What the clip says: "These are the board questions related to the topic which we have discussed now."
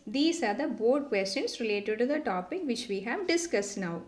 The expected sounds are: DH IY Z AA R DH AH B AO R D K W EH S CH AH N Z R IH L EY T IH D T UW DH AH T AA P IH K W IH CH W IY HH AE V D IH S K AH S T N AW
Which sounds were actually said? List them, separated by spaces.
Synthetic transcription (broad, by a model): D IY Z AA R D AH B AO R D K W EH S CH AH N S R IH L EY T IH D T UW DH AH T AA P IH K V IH CH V IY HH AE V D IH S K AH S T N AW